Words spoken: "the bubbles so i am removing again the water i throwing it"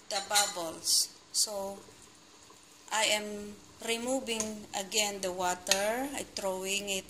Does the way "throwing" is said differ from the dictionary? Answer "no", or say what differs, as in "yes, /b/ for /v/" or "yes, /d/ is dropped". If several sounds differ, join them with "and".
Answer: yes, /t/ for /θ/